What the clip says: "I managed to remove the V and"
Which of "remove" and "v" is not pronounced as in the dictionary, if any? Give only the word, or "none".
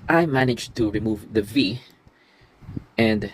none